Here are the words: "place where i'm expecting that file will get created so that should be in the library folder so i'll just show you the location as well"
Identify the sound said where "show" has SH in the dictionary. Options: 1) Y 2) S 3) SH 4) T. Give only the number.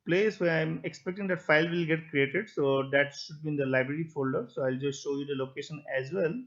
3